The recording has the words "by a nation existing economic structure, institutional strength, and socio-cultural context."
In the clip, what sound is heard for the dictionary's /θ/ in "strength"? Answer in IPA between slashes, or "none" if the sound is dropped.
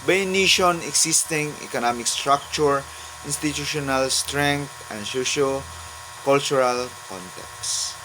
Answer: /t/